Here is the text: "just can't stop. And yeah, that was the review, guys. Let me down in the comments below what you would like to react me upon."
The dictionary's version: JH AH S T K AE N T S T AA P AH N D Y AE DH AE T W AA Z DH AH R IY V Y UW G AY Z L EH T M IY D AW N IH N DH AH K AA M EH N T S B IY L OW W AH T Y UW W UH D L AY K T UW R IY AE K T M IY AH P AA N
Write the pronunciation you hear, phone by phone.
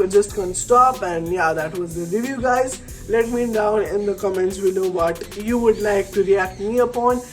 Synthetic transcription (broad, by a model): JH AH S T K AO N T S T AA P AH N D Y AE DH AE T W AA Z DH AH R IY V Y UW G AY Z L EH T M IY D AW N IH N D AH K AA M EH N T S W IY N OW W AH T Y UW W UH D L AY K T UW R IY AE K T M IY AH P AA N